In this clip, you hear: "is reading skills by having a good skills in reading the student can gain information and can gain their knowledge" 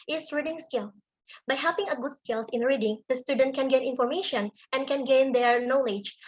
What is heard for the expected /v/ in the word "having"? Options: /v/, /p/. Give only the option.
/p/